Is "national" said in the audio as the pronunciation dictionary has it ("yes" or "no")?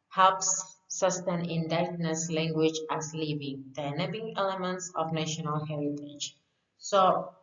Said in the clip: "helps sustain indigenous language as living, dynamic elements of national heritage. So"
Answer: yes